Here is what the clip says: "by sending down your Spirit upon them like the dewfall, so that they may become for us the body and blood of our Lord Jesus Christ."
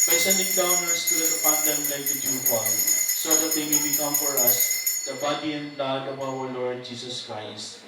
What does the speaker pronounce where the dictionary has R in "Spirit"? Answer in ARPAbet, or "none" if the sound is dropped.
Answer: L